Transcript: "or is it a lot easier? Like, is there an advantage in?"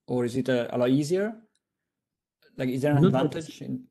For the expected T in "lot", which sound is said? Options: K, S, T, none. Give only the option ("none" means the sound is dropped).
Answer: none